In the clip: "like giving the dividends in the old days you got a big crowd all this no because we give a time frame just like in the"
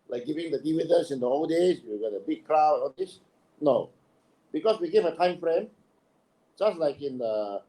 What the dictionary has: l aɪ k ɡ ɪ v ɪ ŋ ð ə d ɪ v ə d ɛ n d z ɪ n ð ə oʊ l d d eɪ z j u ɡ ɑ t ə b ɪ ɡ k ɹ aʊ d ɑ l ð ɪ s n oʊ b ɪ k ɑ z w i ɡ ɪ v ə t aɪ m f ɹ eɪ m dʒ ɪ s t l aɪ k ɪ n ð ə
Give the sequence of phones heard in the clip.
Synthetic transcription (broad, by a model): l aɪ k ɡ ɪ v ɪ ŋ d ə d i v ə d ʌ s ɪ n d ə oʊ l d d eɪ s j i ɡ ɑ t ə b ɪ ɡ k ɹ aʊ ɑ l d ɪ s n oʊ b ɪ k ɑ s w i ɡ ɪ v ə t aɪ m f ɹ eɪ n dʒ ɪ s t l aɪ k ɪ n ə